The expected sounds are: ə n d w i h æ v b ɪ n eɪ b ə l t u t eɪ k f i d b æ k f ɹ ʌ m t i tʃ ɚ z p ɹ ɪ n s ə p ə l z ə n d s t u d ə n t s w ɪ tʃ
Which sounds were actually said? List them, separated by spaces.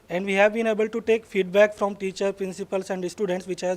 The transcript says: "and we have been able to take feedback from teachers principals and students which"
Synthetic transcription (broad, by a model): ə n d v i h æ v b ɪ n eɪ b ə l t u t eɪ k f i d b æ k f ɹ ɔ m t i tʃ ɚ p ɹ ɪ n s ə p ə l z ə n d s t u d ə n t s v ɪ tʃ